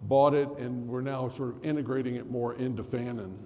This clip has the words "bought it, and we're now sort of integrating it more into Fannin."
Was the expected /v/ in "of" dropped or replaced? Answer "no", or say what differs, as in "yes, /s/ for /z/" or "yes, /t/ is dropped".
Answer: no